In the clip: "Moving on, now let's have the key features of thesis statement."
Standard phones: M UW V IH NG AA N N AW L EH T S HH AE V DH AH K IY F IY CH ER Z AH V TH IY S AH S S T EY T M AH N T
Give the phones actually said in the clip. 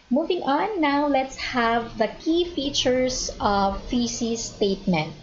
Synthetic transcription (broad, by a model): M UW V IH NG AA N N AW L EH T S HH AE V DH AH K IY F IY CH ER S AH V F IY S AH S S T EY T M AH N T